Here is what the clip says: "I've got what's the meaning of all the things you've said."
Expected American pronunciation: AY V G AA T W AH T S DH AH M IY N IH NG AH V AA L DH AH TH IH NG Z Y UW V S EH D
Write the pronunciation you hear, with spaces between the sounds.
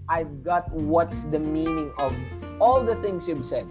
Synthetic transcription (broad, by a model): AY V G AA T W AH T S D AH M IY N IH NG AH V AA L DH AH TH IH NG S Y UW B S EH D